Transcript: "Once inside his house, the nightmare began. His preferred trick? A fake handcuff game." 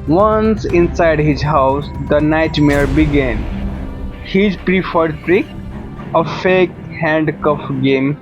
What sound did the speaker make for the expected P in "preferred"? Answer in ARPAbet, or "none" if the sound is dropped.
P